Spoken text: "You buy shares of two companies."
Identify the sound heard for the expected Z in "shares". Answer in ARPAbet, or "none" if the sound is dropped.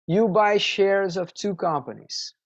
Z